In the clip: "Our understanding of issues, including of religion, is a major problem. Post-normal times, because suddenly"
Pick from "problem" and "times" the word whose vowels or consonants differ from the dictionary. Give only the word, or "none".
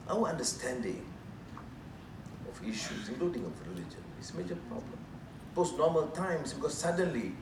times